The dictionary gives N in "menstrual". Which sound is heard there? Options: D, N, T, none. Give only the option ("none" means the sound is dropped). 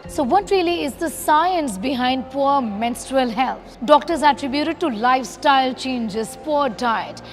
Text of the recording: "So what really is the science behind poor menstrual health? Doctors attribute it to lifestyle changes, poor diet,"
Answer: N